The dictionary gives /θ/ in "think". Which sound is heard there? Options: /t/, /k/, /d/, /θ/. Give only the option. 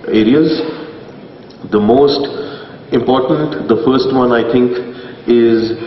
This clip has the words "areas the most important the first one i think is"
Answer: /t/